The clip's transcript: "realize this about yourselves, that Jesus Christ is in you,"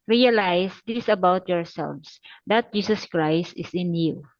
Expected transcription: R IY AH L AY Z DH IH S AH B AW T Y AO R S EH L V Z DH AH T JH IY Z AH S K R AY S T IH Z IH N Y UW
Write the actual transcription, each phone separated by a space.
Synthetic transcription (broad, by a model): R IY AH L AY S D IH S AH B AW T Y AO R S EH L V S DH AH T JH IY S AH S K R AY S T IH S IH N Y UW